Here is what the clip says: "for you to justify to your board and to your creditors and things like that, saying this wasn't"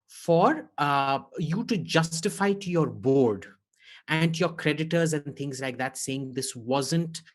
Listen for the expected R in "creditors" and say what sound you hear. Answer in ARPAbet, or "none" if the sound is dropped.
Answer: R